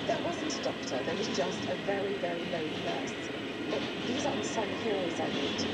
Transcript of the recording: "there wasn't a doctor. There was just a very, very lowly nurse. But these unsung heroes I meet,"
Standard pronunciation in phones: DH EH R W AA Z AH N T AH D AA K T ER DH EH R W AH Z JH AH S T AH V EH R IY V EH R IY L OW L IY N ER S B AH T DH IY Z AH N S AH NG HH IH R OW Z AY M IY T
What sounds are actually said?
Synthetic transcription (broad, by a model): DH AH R W AA Z AH N T AH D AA K T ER DH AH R W AH Z JH AH S T AH V EH R IY V EH R IY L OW IY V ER S B AH T DH IY Z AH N S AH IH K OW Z AY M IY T